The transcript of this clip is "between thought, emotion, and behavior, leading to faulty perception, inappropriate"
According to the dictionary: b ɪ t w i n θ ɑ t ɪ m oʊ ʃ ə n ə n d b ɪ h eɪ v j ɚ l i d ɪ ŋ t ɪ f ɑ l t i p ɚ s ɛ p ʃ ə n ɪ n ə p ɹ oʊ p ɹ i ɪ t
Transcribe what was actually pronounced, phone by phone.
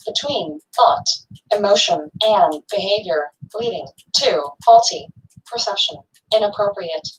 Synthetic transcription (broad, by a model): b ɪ t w i n θ ɑ t ɪ m oʊ ʃ ə n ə n b ɪ h eɪ v j ɚ l i d ɪ ŋ t ɪ f ɑ l t i p ɚ s ɛ p ʃ ə n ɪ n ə p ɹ oʊ p ɹ i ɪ t